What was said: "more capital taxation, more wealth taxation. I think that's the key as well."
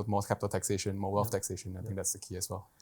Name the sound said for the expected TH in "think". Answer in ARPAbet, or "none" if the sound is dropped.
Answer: T